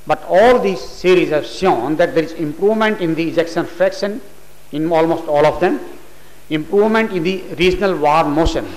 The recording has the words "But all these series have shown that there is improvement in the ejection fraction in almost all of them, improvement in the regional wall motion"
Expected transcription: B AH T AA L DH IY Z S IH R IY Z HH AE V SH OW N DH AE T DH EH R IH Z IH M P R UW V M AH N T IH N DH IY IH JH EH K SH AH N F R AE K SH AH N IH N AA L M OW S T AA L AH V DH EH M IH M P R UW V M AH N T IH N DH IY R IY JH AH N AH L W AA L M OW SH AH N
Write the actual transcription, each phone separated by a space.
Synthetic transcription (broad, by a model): B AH T AA L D IY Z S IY R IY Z HH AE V SH OW N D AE T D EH R IH Z IH M P R UW V M AH N T IH N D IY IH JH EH K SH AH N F R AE K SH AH N IH N AA L M OW S T AA L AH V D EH M IH M P R UW V M AH N T IH N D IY R IY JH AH N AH L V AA N M OW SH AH N